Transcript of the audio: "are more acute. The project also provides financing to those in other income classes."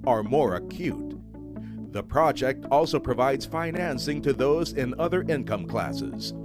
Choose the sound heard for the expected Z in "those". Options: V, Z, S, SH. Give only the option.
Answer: Z